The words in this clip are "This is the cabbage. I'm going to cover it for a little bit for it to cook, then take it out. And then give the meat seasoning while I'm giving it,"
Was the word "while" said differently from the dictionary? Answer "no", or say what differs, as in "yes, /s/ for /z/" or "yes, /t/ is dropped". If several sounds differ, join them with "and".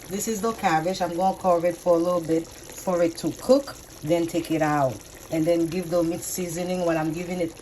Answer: yes, /n/ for /l/